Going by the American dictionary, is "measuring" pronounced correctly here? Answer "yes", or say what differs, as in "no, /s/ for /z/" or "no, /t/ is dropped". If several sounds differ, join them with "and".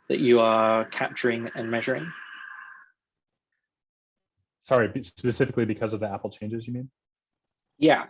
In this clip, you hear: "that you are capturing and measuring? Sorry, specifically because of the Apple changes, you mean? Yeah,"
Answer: yes